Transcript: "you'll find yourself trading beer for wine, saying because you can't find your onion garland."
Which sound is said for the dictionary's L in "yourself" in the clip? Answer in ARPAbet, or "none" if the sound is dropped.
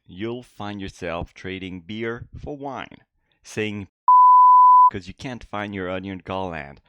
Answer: L